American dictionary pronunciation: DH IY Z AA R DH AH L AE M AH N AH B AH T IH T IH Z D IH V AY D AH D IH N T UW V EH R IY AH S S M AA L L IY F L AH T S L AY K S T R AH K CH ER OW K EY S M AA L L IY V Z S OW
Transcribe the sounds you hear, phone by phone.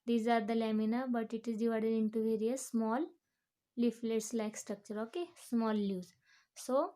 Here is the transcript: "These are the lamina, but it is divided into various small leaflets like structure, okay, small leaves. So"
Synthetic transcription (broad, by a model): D IY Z AA R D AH L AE M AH N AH B AH T IH T IH Z D IH V AY D AH D IH N T UW V EH R IY AH S S M AA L L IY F L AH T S L AY K S T R AH K CH ER OW K EY S M AA L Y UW Z S OW